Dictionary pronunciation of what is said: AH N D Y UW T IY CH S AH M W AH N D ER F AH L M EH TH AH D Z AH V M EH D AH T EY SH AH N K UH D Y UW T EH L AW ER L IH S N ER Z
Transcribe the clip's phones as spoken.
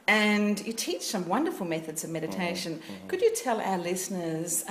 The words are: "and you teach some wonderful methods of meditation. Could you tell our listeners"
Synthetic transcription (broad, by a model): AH N Y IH T IY CH S AH M W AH N D ER F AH L M EH TH AH D Z AH V M EH D AH T EY SH AH N K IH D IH T EH L AW ER L IH S N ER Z